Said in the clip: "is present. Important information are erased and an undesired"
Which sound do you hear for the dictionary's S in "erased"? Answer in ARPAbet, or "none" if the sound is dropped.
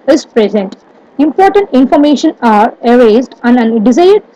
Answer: none